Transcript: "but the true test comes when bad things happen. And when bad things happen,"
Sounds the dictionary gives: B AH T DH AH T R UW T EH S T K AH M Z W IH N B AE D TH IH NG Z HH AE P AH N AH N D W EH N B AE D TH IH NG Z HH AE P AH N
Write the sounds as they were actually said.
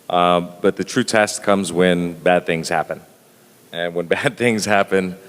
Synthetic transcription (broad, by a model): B AH T DH AH T R UW T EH S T K AH M Z W IH N B AE D TH IH NG Z HH AE P AH N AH N W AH N B AE D TH IH NG Z HH AE P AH N